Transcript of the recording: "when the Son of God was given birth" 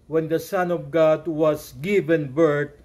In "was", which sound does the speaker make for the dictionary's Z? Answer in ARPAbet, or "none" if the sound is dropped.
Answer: S